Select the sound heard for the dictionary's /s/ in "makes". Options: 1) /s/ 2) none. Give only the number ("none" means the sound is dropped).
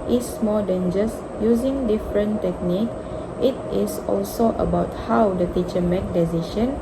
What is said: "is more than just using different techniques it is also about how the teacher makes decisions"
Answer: 2